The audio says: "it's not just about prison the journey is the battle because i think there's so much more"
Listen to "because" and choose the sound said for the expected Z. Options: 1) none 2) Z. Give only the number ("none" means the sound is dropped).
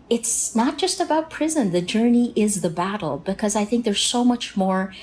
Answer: 2